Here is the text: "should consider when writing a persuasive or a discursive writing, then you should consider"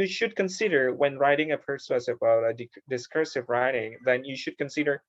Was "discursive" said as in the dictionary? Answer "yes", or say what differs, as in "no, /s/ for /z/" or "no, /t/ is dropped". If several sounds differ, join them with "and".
yes